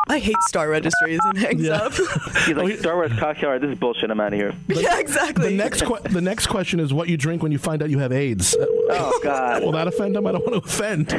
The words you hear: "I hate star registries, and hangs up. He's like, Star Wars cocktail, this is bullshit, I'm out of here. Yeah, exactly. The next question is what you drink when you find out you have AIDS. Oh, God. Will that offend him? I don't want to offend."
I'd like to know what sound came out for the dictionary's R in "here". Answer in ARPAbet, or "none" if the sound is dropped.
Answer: R